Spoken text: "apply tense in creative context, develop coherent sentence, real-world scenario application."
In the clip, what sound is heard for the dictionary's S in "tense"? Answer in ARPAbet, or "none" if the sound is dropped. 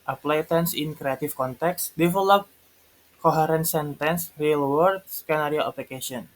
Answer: S